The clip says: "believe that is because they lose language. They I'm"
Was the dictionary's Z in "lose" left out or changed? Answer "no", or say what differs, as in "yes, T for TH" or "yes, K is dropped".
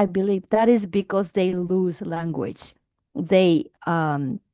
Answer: no